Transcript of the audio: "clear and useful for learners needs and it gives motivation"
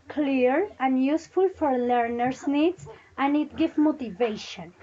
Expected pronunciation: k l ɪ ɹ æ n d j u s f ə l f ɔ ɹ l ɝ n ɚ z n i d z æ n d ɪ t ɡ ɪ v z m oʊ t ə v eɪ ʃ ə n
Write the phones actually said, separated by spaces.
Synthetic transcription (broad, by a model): k l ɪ ɹ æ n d j u s f ə l f ɔ ɹ l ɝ n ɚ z n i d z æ n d ɪ t ɡ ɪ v m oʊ t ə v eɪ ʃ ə n